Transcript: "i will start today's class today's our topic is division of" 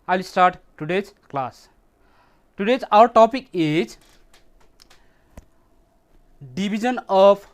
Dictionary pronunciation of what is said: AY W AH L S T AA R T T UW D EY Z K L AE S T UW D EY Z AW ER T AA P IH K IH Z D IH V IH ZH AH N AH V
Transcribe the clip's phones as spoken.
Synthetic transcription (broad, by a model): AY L S T AA R T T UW D EY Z K L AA S T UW D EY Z AW ER T AA P IH K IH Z D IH B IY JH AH N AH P